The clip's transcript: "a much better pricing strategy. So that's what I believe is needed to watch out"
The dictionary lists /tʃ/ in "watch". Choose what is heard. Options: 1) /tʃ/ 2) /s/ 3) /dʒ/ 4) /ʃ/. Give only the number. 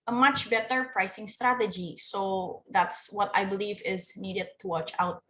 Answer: 1